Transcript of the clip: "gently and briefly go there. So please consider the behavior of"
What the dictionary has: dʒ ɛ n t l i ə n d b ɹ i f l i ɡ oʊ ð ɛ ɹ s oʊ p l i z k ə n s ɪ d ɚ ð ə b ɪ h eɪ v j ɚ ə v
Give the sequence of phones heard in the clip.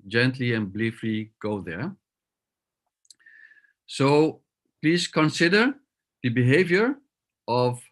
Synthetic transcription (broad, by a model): dʒ ɛ n t l i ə n b l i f l i ɡ oʊ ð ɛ ɹ s oʊ p l i z k ə n s ɪ d ɚ ð ə b ɪ h eɪ v j ɚ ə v